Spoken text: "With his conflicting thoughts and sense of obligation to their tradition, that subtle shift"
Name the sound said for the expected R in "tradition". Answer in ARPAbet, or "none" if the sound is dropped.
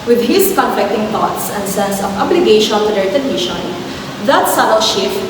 none